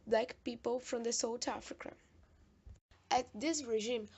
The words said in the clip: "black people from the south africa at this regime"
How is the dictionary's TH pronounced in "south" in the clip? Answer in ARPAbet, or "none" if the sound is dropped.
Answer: T